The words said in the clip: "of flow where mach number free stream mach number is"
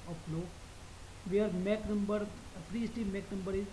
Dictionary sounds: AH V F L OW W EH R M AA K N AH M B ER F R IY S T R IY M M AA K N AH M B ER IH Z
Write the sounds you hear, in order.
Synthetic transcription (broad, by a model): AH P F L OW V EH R M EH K N AH M B ER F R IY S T IY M M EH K N AH M B ER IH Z